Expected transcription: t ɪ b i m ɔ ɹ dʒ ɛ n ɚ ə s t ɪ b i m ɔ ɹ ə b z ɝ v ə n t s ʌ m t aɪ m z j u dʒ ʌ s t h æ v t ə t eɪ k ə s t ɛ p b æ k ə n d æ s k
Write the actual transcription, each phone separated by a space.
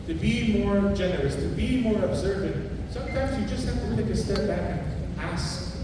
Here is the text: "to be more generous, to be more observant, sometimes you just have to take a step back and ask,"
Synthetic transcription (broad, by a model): t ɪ b i m ɔ ɹ dʒ ɛ n ɚ ə s t ɪ b i m ɔ ɹ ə b z ɝ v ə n s ʌ m t aɪ m z j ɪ dʒ ʌ s t h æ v t ə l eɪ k ə s t ɛ p b æ k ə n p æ s